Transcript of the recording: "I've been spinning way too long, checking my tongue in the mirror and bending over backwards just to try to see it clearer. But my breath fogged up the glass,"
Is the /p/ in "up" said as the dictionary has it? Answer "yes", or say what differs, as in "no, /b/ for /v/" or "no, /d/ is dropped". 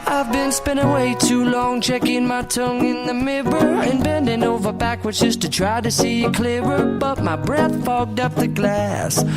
yes